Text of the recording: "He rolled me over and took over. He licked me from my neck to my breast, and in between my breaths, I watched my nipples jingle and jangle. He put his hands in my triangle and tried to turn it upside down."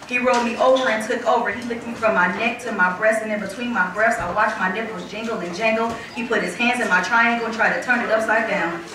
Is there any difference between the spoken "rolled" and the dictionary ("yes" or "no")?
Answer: yes